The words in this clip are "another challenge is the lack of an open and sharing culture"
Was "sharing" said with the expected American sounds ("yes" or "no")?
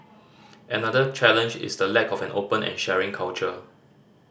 yes